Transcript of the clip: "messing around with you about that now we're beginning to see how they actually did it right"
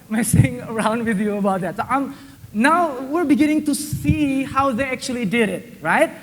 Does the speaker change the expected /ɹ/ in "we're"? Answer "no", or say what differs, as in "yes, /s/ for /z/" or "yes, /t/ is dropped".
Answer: no